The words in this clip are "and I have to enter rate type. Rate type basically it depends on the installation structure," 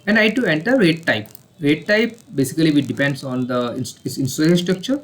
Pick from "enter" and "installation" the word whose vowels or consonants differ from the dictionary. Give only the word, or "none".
installation